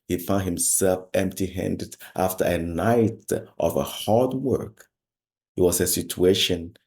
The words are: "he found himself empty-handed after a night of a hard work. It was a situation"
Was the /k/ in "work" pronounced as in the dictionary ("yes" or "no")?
yes